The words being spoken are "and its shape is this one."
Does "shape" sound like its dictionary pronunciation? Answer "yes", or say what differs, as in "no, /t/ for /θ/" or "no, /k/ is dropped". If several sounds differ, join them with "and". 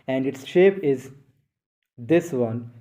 yes